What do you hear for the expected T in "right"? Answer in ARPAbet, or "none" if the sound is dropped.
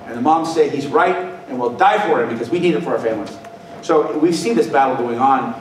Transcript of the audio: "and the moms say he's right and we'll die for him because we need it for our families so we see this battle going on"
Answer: T